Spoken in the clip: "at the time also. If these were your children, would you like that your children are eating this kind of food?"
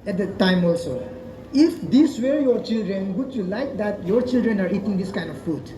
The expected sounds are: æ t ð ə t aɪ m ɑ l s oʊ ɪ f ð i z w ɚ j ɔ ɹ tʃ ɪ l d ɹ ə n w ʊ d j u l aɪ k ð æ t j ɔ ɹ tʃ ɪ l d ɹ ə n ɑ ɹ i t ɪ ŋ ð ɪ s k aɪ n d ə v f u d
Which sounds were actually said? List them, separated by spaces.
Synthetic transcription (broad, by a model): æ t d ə t aɪ m ɑ l s oʊ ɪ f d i s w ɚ j ɔ ɹ tʃ ɪ l d ɹ ə n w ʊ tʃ j u l aɪ k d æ t j ɔ ɹ tʃ ɪ l d ɹ ə n ɑ ɹ i t ɪ ŋ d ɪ s k aɪ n d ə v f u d